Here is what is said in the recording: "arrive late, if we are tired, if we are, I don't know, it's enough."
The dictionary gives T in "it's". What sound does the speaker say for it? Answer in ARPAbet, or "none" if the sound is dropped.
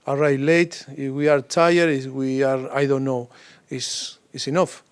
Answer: S